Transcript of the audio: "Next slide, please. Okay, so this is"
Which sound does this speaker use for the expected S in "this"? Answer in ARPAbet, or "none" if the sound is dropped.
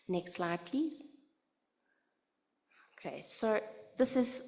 S